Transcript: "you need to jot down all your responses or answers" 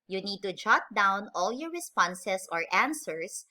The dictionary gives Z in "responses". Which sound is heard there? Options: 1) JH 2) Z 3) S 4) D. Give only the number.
3